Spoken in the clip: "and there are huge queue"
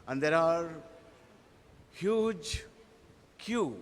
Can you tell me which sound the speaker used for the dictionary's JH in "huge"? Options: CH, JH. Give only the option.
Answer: JH